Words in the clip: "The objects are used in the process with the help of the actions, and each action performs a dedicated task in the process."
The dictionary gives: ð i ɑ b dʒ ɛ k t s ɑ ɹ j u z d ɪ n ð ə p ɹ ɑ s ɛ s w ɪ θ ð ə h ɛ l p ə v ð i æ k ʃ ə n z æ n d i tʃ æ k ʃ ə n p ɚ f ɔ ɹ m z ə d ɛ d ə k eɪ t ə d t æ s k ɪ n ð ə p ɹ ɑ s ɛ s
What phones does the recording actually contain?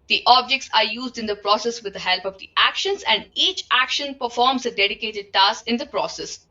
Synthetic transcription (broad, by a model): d i ɑ b dʒ ɛ k t s ɑ ɹ j u z d ɪ n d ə p ɹ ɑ s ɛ s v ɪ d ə h ɛ l p ə v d i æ k ʃ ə n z æ n d i tʃ æ k ʃ ə n p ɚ f ɔ ɹ m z ə d ɛ d ə k eɪ t ə d t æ s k ɪ n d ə p ɹ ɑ s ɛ s